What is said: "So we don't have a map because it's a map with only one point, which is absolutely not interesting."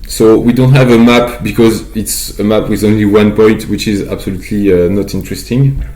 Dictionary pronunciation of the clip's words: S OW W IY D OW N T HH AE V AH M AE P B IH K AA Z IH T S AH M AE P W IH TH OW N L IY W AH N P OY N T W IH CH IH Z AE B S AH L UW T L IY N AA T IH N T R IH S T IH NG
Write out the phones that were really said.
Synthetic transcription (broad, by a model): S OW W IY D OW N T HH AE V AH M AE P B IH K AA Z IH T S AH M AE P W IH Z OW N L IY W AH N P OY N T W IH CH IH Z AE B S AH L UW T L IY N AA T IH N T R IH S T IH NG